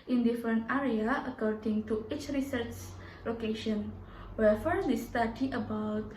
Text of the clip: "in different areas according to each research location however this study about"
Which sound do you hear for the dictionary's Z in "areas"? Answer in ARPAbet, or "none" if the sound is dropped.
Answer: none